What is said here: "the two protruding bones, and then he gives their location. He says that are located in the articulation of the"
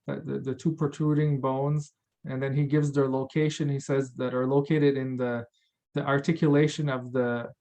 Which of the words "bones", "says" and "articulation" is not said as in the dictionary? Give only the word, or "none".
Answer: none